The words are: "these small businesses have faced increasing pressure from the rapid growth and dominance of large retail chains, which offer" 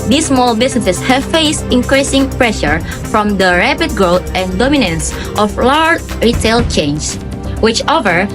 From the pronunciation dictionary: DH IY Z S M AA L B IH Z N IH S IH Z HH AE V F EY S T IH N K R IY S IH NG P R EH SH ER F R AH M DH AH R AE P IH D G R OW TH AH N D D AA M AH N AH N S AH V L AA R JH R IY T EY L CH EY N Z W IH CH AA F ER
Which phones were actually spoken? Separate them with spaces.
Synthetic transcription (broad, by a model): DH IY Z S M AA L B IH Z N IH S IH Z HH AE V F EY S T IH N K R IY S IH NG P R EH SH ER F R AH M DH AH R AE P IH D G R OW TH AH N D D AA M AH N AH N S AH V L AA R JH R IY T EY L CH EY N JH W IH CH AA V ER